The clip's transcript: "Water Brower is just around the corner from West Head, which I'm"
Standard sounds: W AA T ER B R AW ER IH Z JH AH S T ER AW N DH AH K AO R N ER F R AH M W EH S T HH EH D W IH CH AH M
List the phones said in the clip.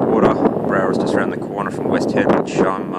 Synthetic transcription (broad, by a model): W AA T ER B R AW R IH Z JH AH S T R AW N DH AH K AO R N ER F R AH M W EH S T HH EH D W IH SH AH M